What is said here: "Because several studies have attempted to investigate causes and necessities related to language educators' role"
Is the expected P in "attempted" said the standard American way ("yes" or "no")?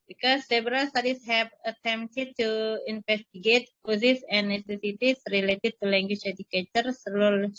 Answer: no